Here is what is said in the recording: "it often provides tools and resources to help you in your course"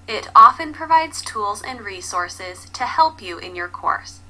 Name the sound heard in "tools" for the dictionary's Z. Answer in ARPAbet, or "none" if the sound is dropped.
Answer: Z